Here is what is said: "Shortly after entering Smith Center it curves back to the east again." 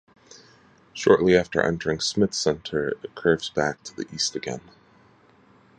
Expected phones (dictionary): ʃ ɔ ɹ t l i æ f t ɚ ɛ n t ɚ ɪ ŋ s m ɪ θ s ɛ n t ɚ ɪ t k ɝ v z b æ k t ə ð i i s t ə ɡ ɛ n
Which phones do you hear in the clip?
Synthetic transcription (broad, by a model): ʃ ɔ ɹ t l i æ f t ɚ ɛ n t ɚ ɪ ŋ s m ɪ θ s ɛ n t ɚ ɪ t k ɝ v z b æ k t ə ð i i s t ə ɡ ɛ n